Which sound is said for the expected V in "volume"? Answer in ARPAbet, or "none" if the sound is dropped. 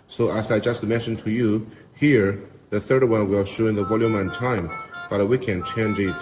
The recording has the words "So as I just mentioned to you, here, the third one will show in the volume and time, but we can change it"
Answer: V